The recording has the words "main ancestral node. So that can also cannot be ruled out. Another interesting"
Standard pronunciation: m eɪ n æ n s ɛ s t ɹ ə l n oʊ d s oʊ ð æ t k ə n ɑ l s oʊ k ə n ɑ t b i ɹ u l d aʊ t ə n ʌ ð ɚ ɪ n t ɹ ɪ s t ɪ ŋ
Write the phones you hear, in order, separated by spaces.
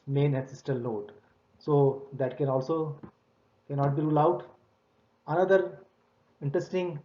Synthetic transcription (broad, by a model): m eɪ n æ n s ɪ s t ə l n oʊ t s oʊ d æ t k ə n ɑ l s oʊ k ə n ɑ t b i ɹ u l aʊ t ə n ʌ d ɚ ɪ n t ɹ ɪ s t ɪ ŋ